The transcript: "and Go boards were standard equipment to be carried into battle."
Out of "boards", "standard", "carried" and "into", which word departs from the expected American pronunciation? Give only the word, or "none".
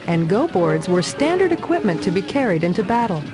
none